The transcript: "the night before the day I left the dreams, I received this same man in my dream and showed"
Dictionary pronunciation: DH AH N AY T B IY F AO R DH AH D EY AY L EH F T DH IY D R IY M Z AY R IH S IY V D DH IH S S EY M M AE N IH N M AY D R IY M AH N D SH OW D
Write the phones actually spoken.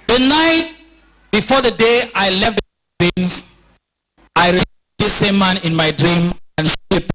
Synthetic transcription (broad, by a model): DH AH N AY T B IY F AO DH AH D EY AY L EH F T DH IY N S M AY R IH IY D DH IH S S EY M M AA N IH N M AY D R IY M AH N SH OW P